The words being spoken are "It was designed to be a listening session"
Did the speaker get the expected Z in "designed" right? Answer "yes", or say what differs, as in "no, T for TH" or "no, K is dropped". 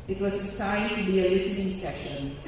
no, S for Z